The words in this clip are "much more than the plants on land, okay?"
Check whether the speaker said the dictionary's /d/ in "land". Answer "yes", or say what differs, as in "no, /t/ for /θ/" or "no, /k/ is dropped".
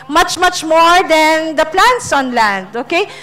yes